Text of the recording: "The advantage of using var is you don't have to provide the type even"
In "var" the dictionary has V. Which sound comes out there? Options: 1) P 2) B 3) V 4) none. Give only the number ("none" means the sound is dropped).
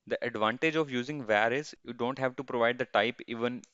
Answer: 3